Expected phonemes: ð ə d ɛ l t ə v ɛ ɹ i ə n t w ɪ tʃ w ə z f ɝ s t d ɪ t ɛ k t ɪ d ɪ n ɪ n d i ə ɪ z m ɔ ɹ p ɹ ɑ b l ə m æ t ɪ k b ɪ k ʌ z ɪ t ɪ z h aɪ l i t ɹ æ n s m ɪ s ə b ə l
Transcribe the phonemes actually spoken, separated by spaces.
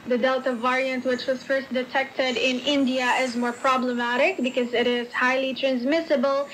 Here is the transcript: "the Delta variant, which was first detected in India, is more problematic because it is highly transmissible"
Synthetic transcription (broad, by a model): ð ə d ɛ l t ə v ɛ ɹ i ə n t w ɪ tʃ w ə z f ɝ s t d ɪ t ɛ k t ɪ d ɪ n ɪ n d i ə ɪ z m ɔ ɹ p ɹ ɑ b l ə m æ t ɪ k b ɪ k ʌ z ɪ t ɪ z h aɪ l i t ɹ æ n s m ɪ s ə b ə l